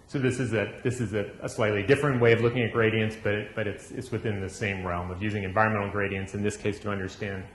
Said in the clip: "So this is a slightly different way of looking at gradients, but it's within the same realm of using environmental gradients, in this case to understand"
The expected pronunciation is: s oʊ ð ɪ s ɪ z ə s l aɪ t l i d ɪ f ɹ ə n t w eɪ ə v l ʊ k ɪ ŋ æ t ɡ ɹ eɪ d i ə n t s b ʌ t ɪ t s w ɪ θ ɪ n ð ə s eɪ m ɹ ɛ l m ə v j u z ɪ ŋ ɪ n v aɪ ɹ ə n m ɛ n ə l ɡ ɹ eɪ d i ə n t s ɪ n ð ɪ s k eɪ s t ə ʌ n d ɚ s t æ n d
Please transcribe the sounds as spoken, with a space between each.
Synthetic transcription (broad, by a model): s oʊ ð ɪ s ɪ z ə s l aɪ t l i d ɪ f ɹ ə n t w eɪ ə v l ʊ k ɪ ŋ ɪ t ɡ ɹ eɪ d i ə n t s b ʌ t ɪ t s w ɪ θ ɪ n ð ə s eɪ m ɹ ɛ l m ə v j u z ɪ ŋ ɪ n v aɪ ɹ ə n m ɛ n l ɡ ɹ eɪ d i ə n t s ɪ n ð ɪ s k eɪ s t ə ʌ n d ɚ s t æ n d